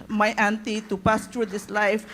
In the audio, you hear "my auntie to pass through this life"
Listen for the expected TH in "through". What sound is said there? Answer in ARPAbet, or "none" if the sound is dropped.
T